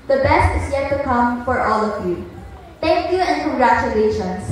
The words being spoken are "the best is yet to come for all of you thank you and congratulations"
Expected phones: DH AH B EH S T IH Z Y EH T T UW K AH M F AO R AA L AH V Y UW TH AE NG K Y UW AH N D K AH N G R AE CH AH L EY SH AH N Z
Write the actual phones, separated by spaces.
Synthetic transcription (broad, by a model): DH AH B EH S T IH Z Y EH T T UW K AH M F AO R AA L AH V Y UW T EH NG K Y UW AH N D K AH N G R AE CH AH L EY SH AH N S